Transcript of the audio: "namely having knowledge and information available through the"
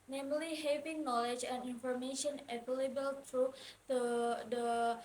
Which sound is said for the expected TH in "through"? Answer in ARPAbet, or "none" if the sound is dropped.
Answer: T